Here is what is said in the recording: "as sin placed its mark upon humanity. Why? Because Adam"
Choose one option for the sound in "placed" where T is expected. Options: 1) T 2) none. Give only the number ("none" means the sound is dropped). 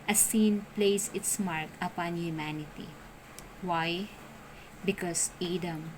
2